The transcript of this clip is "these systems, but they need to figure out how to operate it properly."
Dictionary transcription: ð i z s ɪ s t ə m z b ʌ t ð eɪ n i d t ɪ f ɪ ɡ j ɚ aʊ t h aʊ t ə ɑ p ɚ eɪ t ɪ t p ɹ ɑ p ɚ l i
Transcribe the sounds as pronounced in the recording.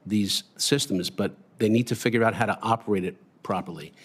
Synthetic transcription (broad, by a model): ð i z s ɪ s t ə m z b ʌ t ð eɪ n i d t ɪ f ɪ ɡ j ɚ aʊ t h aʊ t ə ɑ p ɚ eɪ t ɪ t p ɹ ɑ p ɚ l i